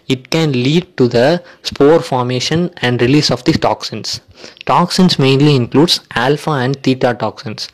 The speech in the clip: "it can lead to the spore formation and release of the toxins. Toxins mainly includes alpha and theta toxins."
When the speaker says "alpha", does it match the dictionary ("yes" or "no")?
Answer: yes